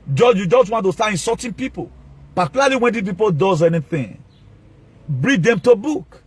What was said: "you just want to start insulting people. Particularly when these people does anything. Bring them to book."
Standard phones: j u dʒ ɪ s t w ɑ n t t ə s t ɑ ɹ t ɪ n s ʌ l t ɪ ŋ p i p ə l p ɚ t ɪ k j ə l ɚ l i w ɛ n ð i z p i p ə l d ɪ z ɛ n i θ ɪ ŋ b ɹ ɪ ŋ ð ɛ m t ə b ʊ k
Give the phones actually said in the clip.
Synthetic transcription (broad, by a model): j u dʒ ɪ s t w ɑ n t t ə s t ɑ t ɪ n s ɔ t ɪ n p i p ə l p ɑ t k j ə l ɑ l i w ɛ n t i p i p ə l d ɪ z ɛ n i θ ɪ ŋ b ɹ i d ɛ m t ə b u k